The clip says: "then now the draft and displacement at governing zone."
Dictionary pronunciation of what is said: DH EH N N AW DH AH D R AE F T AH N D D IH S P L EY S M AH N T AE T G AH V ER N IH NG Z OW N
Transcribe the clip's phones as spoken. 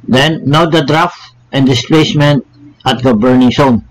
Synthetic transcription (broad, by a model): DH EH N N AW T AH D R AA F T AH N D D IH S P L EY S M AH N T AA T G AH B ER N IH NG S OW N